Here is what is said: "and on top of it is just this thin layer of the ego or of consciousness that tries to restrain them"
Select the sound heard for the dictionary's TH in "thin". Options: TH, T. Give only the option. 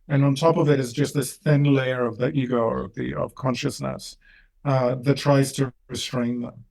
TH